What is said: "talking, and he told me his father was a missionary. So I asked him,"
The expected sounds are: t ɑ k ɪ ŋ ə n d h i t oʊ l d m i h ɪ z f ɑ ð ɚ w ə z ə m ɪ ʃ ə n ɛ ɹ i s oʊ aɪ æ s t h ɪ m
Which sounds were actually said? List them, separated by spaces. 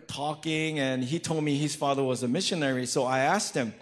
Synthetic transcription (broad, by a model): t ɑ k ɪ ŋ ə n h i t oʊ l d m i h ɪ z f ɑ ð ɚ w ə z ə m ɪ ʃ ə n ɛ ɹ i s oʊ aɪ æ s t h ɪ m